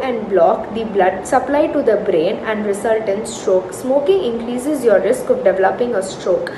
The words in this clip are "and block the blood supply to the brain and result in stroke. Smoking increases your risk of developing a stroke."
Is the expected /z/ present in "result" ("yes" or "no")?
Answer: no